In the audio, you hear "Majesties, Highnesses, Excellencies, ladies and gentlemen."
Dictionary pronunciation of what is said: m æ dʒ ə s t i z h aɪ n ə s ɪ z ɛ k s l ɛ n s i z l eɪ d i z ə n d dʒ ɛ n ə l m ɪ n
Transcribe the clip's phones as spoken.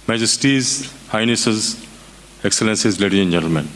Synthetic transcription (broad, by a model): m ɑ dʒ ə s t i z h aɪ n ə s ɪ z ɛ k s l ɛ n s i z l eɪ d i ə n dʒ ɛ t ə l m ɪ n